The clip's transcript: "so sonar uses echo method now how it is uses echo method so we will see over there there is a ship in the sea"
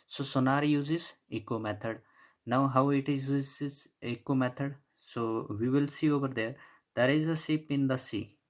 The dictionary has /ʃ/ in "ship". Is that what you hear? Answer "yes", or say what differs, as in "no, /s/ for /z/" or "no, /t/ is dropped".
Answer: no, /s/ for /ʃ/